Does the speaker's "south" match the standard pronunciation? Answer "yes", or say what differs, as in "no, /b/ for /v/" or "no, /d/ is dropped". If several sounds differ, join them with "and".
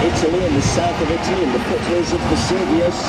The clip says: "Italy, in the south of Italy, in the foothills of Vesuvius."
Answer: yes